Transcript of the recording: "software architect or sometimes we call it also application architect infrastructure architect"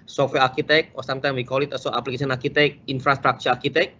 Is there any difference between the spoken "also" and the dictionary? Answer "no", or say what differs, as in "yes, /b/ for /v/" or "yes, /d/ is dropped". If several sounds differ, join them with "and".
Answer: yes, /l/ is dropped